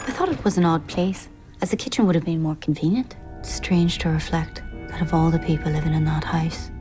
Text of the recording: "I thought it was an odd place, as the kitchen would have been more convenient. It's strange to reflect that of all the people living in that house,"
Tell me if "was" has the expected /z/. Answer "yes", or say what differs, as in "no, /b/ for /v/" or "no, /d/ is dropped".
yes